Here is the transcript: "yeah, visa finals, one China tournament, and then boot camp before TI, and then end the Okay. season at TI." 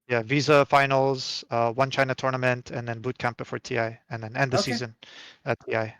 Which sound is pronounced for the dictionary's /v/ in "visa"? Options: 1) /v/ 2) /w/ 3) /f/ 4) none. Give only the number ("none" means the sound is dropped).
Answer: 1